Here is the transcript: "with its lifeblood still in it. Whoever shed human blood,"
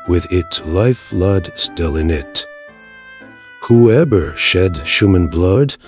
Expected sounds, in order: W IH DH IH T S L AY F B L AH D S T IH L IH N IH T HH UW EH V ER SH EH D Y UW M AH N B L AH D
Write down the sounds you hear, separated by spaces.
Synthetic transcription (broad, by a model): W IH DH IH T S L AY F L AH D S T IH L IH N IH T HH UW EH V ER SH EH D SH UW M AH N B L AH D